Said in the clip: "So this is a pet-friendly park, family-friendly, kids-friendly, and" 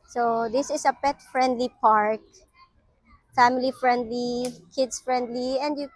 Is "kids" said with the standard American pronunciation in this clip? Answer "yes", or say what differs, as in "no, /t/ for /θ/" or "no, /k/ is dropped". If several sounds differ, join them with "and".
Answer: no, /s/ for /z/